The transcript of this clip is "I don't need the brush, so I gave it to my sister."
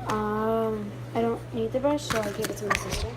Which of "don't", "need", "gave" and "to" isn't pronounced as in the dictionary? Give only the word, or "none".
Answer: to